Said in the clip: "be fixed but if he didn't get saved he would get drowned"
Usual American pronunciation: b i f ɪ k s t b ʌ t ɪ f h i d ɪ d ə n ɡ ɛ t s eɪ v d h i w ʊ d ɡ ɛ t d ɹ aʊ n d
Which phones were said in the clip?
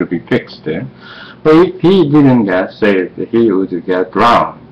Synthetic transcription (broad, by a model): b i f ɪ k s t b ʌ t ɪ f h i d ɪ d ə n ɡ ɛ t s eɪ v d h i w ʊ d ɡ ɛ t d ɹ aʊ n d